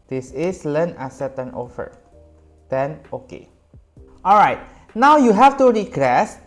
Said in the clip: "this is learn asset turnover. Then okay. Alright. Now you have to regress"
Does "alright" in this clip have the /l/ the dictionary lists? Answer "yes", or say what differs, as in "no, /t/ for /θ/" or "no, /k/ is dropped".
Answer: yes